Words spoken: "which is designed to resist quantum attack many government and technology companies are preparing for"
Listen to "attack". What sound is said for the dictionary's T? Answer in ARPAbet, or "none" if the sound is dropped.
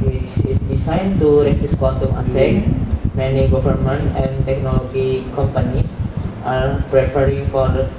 S